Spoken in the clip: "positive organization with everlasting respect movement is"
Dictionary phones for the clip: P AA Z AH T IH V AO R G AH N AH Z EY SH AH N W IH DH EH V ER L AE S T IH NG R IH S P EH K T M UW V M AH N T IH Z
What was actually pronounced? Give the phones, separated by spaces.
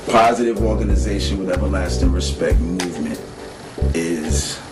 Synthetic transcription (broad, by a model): P AA Z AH T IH V AO R G AH N AH Z EY SH AH N W IH DH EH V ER L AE S T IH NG R IH S P EH K T M UW V M AH N T IH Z